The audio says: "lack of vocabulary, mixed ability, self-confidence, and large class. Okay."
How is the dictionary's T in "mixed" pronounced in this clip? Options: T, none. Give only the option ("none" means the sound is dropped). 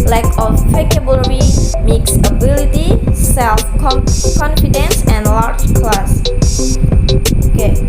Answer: none